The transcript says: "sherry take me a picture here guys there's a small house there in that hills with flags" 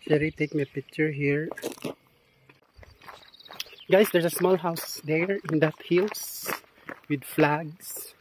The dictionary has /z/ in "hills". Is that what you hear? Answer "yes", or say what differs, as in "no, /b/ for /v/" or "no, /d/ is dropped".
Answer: no, /s/ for /z/